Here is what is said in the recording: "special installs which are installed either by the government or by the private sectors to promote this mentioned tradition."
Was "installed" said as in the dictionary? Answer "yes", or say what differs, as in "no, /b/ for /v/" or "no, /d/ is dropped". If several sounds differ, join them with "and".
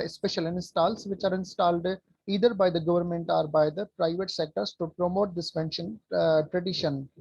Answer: yes